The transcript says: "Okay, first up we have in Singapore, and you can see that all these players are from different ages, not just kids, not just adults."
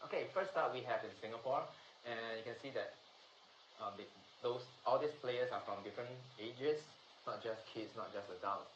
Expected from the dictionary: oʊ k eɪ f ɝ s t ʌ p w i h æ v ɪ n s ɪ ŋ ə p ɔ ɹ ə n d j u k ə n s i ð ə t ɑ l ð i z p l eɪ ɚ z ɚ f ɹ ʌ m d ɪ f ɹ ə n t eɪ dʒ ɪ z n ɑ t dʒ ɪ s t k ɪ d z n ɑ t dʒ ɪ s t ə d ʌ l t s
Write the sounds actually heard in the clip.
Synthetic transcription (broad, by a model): oʊ k eɪ f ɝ s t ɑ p w i h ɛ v ɪ n s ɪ ŋ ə p ɔ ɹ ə n j u k ə n s i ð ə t ɑ l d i s p l eɪ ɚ s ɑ f ɹ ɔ m d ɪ f ɹ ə n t eɪ dʒ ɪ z n ɑ t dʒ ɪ s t k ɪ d s n ɑ t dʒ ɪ s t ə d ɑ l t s